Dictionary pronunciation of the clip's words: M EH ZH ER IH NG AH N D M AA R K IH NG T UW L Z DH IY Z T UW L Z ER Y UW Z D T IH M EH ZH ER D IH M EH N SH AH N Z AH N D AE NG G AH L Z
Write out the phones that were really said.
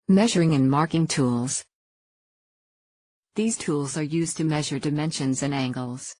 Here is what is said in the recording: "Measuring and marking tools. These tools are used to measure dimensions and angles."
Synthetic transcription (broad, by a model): M EH ZH ER IH NG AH N M AA R K IH NG T UW L Z DH IY Z T UW L Z ER Y UW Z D T IH M EH ZH ER D IH M EH N SH AH N Z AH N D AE NG G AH L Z